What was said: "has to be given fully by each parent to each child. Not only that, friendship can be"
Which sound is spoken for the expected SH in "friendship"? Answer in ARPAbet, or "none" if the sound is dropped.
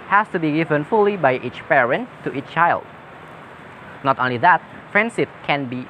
S